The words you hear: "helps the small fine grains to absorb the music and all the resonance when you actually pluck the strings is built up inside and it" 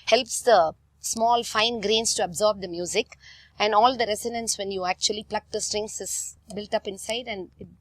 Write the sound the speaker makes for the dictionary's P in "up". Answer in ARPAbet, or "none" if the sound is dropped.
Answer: P